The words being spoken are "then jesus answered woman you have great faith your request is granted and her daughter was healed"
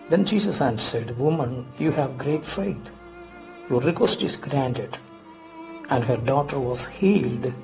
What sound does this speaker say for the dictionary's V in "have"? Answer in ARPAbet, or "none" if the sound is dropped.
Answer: V